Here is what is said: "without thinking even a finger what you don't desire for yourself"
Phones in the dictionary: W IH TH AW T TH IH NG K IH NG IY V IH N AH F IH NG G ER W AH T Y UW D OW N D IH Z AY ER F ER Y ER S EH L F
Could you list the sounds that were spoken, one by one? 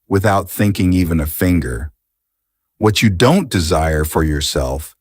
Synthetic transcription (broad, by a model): W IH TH AW T TH IH NG K IH NG IY V IH N AH F IH NG G ER W AH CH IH D OW N D IH Z AY ER F ER Y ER S EH L F